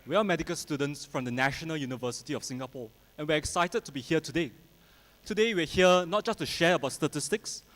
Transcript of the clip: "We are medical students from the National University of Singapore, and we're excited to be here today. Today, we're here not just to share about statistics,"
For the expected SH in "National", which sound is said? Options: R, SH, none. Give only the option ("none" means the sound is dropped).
SH